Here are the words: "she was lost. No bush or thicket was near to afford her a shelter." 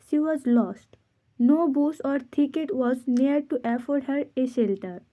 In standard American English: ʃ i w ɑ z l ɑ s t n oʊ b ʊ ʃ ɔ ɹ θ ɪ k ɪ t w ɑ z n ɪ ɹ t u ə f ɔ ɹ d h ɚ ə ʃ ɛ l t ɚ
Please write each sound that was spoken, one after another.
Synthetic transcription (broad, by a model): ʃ i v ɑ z l ɑ s t n oʊ b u s ɔ ɹ t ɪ k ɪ t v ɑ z n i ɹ t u ə f ɔ ɹ d h ɚ ə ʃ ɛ l t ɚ